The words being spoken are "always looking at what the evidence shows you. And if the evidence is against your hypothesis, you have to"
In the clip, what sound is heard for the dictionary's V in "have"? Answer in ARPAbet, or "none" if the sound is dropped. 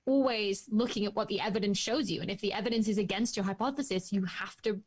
F